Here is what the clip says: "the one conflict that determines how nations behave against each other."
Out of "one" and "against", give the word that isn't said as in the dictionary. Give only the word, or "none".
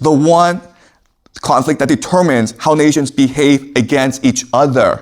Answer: none